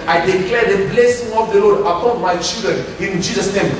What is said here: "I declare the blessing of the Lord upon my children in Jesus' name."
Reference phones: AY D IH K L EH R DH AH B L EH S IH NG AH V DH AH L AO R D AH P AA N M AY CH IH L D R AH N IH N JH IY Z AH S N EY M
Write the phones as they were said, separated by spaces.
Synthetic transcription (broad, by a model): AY D IH K L EH R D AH B L EH S IH NG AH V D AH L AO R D AH P AA N M AY CH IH L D R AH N IH N JH IY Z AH S N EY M